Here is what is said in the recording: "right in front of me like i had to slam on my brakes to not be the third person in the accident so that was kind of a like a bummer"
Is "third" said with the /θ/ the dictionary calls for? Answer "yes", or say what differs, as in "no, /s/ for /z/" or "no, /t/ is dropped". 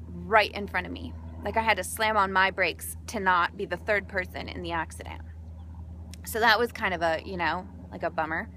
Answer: yes